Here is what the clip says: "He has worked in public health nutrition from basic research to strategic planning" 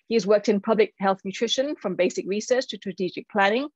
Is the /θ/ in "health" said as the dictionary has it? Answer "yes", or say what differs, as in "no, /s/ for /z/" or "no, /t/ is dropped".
yes